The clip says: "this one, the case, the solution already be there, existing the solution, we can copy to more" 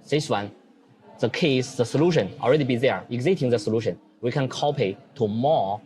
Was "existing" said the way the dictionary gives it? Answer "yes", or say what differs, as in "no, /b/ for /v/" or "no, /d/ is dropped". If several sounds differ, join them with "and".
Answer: no, /s/ is dropped